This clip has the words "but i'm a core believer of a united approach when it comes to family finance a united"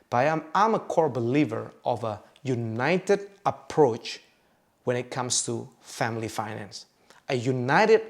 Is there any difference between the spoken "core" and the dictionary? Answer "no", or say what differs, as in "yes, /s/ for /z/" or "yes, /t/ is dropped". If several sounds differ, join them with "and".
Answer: no